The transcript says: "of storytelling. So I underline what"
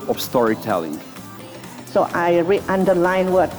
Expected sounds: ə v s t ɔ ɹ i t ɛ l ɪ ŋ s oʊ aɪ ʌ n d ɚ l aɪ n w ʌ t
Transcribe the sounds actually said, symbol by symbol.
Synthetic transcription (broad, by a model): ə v s t ɔ ɹ i t ɛ l ɪ ŋ s oʊ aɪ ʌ n d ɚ l aɪ n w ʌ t